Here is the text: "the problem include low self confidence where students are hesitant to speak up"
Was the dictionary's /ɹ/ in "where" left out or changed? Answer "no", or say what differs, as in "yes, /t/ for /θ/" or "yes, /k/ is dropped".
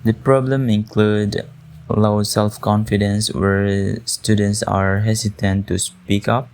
no